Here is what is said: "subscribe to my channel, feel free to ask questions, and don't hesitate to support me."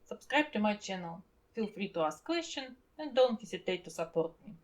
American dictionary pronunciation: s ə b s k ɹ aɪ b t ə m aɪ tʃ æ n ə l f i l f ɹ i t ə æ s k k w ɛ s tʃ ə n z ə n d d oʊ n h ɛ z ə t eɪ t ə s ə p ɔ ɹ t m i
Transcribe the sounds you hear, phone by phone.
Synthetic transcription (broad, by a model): s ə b s k ɹ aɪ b t ə m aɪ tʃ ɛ n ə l f i l f ɹ i t ə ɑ s k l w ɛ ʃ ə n ə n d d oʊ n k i s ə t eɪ t ə s ə p ɔ ɹ t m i